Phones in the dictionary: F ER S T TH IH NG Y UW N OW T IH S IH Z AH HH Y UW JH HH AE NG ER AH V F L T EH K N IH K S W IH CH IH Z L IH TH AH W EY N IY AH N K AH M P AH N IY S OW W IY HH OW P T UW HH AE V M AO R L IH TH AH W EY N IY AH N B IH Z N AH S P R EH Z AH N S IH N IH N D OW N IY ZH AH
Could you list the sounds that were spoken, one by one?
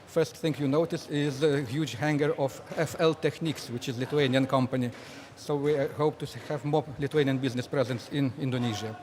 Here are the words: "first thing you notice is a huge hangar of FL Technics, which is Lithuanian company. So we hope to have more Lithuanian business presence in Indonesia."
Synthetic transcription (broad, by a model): F ER S T TH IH NG Y UW N OW T IH S IH Z AH HH Y UW JH HH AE NG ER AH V F L T EH K N IH K S W IH CH IH Z L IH T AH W EY N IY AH N K AH M P AH N IY S OW W IY HH OW P T UW HH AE V M AO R L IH T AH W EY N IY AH N B IH Z N AH S P R EH Z AH N S IH N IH N D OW N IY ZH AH